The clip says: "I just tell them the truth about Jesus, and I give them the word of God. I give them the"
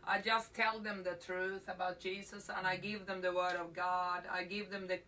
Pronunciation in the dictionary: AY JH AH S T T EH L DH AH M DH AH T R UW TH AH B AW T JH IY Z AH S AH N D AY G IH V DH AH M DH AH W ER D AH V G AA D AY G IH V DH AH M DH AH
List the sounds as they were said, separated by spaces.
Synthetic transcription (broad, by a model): AY JH AH S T T EH L DH AH M DH AH T R UW TH AH B AW T JH IY Z AH S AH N AY G IH V DH AH M DH AH W ER D AH V G AA D AY G IH V DH AH M DH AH